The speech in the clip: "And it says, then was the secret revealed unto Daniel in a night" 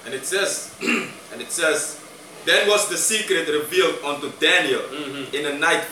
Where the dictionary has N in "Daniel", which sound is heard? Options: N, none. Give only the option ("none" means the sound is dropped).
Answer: N